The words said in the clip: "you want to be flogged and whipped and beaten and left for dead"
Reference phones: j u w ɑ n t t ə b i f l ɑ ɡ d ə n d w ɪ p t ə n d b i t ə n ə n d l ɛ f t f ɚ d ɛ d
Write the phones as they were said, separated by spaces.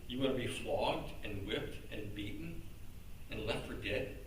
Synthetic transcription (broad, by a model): j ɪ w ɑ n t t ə b i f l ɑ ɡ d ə n w ɪ p t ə n b i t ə n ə n l ɛ f t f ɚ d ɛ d